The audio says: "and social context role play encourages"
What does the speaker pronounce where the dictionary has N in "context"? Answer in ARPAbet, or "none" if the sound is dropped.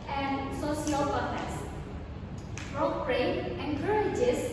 none